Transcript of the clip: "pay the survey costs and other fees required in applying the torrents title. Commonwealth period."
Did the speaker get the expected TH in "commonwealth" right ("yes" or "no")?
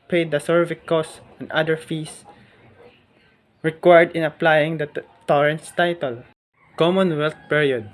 no